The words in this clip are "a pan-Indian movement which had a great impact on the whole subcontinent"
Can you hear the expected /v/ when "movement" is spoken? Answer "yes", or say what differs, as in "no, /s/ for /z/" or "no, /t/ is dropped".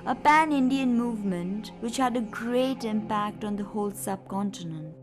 yes